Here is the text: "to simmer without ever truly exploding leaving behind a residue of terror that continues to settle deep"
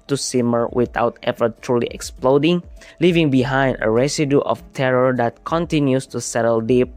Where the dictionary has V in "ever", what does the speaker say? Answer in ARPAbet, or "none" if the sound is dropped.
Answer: F